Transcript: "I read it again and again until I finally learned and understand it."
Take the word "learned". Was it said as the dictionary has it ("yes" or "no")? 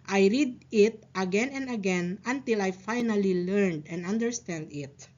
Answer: yes